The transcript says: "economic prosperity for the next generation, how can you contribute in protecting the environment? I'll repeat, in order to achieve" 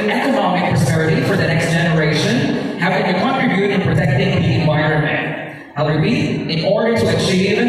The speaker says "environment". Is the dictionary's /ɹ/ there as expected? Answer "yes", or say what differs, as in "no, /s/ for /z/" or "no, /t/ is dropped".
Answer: no, /ɹ/ is dropped